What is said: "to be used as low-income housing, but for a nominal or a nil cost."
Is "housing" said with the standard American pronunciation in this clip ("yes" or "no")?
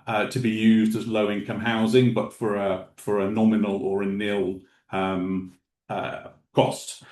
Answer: yes